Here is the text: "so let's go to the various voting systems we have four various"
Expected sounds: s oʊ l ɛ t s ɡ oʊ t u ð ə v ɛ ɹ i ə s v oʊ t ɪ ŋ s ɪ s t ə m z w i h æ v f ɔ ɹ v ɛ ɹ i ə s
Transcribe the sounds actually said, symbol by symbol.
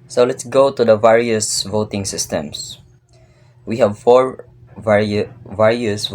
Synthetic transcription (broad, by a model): s oʊ l ɛ t s ɡ oʊ t u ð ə v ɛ ɹ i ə s v oʊ t ɪ ŋ s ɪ s t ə m s w i h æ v f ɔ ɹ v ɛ ɹ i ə s